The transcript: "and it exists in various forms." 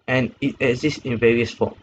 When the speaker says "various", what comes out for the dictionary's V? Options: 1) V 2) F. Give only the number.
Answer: 1